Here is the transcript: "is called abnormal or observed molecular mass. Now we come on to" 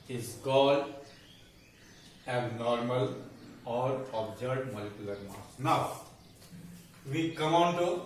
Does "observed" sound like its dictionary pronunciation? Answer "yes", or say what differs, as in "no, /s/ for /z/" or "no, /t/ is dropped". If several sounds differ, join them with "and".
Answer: no, /v/ is dropped